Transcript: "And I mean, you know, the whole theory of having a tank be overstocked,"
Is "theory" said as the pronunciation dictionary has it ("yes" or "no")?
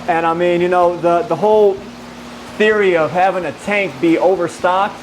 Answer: yes